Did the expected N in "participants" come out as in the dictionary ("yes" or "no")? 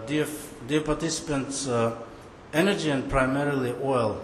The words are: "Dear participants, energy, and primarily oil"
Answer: yes